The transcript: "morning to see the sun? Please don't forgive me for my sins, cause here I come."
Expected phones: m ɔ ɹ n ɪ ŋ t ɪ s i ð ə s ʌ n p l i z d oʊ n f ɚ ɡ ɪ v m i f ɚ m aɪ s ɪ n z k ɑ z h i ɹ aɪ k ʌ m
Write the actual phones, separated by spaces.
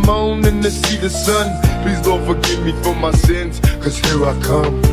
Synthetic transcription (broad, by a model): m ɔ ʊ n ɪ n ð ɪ s i ð ə s ʌ n p l i z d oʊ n f ɚ ɡ ɪ v m i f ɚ m aɪ s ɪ n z k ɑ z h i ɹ aɪ k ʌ m